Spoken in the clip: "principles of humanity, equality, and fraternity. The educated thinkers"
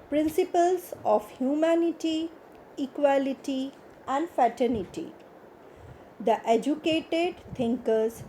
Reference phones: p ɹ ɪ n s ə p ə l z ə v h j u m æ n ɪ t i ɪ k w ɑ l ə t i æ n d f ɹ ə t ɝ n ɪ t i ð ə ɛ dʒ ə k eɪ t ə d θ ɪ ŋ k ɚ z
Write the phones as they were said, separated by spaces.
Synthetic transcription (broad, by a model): p ɹ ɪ n s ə p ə l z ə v h j u m æ n ɪ t i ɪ k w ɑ l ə t i æ n d f ə t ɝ n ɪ t i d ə ɛ dʒ ə k eɪ t ə d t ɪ ŋ k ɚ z